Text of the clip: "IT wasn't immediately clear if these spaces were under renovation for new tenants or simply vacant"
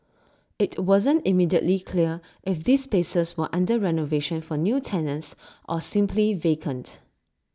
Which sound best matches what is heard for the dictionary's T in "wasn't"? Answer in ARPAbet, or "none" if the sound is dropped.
T